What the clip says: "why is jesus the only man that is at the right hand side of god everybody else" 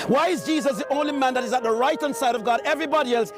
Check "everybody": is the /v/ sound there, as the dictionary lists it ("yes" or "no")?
yes